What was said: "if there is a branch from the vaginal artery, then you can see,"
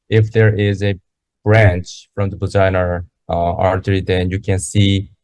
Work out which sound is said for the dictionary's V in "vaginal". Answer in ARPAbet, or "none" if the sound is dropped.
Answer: B